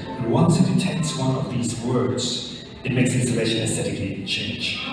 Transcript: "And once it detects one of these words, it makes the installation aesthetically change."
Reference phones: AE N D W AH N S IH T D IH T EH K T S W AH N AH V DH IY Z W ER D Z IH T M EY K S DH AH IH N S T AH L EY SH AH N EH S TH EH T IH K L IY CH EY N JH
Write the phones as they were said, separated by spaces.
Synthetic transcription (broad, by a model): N W AH N S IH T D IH T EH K T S W AH N AH V DH IY Z W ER D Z IH T M EY K S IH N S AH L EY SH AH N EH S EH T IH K IY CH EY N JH